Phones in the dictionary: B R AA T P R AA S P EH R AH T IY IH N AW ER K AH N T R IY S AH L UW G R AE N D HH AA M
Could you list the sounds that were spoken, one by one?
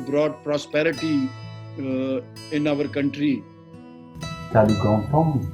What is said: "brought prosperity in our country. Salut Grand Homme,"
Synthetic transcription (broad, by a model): B R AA T P R AA S P EH R AH T IY IH N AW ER K AH N T R IY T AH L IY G AO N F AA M